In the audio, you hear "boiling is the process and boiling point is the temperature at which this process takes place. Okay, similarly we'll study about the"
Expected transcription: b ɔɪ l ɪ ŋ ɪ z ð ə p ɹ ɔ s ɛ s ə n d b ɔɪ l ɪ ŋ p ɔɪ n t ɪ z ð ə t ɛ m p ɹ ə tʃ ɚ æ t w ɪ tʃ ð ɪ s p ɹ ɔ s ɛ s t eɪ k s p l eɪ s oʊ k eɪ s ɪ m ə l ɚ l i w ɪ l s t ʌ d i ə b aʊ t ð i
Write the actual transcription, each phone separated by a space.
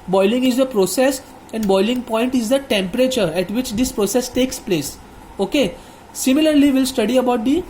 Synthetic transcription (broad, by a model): b ɔɪ l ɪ ŋ ɪ z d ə p ɹ ɔ s ɛ s ə n d b ɔɪ l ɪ ŋ p ɔɪ n t ɪ z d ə t ɛ m p ɹ ə tʃ ɚ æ t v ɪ tʃ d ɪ s p ɹ ɔ s ɛ s t eɪ k s p l eɪ s oʊ k eɪ s ɪ m ə l ɚ l i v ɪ l s t ʌ d i ə b aʊ t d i